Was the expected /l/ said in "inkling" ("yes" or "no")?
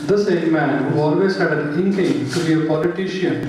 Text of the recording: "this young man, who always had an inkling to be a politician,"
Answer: no